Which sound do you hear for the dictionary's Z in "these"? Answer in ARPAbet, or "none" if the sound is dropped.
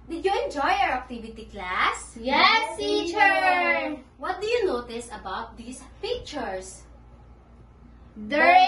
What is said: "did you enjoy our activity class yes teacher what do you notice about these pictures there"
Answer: S